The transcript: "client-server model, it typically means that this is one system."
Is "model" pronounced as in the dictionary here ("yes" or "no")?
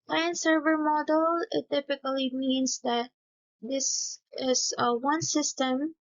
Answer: yes